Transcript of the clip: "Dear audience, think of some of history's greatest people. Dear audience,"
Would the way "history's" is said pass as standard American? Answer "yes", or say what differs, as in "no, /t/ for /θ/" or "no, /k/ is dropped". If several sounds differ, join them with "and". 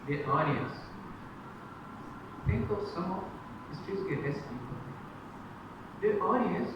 no, /ɹ/ is dropped